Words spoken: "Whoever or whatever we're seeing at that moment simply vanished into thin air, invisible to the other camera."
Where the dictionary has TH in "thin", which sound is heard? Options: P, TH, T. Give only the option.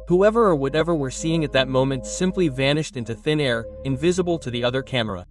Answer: TH